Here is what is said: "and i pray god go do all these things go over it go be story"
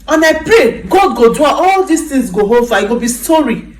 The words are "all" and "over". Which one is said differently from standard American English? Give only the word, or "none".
over